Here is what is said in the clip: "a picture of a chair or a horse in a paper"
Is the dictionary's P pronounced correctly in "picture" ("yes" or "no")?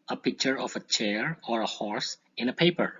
yes